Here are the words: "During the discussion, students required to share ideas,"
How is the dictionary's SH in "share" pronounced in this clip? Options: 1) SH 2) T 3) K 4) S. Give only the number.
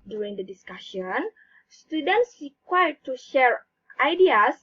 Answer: 1